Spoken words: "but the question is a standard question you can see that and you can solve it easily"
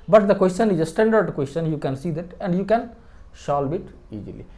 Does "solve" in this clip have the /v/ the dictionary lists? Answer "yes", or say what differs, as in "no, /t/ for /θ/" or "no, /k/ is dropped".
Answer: no, /b/ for /v/